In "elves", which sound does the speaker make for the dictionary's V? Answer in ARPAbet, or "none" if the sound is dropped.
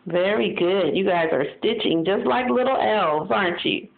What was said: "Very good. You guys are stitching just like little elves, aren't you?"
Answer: V